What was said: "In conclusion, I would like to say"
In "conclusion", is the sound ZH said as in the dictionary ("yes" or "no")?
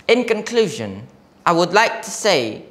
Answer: yes